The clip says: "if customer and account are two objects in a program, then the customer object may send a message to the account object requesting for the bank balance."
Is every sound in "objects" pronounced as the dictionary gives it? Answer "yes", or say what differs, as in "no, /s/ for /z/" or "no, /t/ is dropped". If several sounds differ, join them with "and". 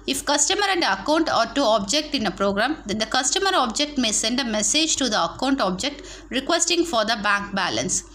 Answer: no, /s/ is dropped